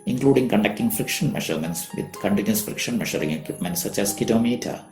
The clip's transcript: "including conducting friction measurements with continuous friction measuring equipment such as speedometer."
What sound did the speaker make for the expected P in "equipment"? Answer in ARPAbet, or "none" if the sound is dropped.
P